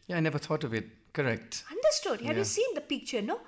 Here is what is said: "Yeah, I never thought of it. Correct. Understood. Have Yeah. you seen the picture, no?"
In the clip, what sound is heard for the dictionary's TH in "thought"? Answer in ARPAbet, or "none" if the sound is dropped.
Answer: T